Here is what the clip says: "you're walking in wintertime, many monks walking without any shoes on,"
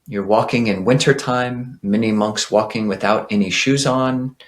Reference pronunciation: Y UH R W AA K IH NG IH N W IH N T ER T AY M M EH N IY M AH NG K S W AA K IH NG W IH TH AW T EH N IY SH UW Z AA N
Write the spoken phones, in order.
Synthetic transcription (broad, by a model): Y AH R W AA K IH NG IH N W IH N T ER T AY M M EH N IY M AH NG K S W AA K IH NG W IH TH AW T EH N IY SH UW Z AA N